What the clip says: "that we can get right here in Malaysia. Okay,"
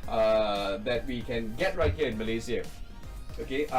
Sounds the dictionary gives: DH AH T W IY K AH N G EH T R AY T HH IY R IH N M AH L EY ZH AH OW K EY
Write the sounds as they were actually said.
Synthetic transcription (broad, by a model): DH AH T W IY K AH N G EH T R AY T HH IY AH IH N M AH L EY Z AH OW K EY